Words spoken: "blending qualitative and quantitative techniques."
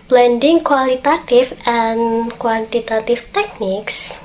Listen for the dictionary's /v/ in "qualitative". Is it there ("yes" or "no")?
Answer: no